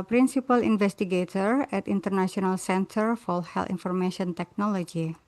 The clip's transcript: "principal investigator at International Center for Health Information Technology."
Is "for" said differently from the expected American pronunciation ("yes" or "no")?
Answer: yes